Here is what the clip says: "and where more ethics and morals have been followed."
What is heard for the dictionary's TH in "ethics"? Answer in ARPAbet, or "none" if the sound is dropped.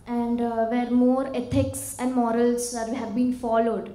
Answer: T